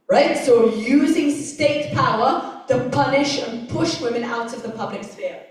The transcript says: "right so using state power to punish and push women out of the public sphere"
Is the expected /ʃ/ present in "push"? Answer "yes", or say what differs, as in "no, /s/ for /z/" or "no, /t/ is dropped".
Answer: yes